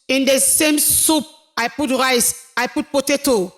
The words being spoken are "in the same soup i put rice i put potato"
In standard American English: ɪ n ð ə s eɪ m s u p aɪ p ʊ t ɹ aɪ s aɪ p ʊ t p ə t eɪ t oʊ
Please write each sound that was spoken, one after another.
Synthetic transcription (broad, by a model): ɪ n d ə s eɪ m s u p aɪ p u t ɹ aɪ s aɪ p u t p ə t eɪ t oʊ